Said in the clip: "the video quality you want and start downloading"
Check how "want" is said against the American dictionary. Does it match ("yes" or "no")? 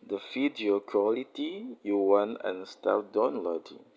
no